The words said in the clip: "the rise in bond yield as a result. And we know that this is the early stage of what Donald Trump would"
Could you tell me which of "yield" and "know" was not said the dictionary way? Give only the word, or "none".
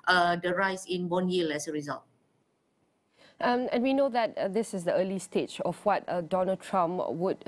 yield